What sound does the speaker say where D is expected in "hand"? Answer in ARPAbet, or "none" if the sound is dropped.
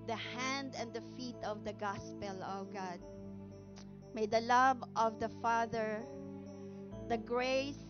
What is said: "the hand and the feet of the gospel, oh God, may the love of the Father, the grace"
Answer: D